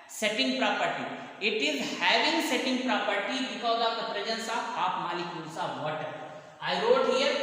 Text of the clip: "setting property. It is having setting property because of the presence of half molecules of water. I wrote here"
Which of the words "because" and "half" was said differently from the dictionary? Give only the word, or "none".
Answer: half